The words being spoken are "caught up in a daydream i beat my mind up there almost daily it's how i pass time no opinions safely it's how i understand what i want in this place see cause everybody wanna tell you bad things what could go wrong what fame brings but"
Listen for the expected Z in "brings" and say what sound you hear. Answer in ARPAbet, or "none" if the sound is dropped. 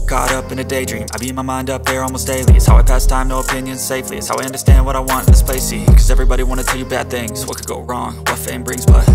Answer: Z